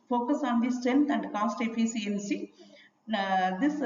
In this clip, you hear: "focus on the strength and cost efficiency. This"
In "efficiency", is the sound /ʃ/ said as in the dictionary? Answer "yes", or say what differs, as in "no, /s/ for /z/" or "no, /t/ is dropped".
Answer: no, /s/ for /ʃ/